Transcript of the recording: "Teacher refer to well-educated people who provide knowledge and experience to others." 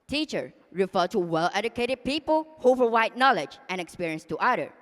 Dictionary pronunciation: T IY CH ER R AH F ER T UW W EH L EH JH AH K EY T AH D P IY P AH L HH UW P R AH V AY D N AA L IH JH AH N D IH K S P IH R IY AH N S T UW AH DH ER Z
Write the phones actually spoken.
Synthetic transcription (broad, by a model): T IY CH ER R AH F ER T UW W EH L EH JH AH K EY T AH D P IY P AH L HH UW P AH W AY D N AA L IH JH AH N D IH K S P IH R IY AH N S T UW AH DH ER